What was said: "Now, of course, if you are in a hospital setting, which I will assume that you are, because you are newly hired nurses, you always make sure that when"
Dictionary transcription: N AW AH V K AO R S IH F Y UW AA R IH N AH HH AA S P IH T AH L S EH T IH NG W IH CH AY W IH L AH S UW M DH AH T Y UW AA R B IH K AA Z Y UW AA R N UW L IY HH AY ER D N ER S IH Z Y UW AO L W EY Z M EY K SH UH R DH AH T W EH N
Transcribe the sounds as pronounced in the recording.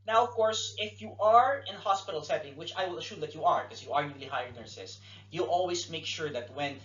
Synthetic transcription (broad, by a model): N AW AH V K AO R S IH F Y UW AA R IH N HH AA S P IH T AH L S EH T IH NG W IH CH AY W IH L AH SH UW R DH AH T Y UW AA R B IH K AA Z Y UW AA R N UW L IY HH AY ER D N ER S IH S Y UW AO L W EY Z M EY K SH UH R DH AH T W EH N